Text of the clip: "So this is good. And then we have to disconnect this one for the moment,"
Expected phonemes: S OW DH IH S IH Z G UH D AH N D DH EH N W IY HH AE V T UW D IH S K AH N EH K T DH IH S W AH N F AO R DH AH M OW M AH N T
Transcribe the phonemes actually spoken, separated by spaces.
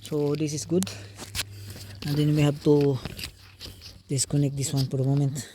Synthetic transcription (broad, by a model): S OW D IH S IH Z G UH D AH N D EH N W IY HH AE B T UW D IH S K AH N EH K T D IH S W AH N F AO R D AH M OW M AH N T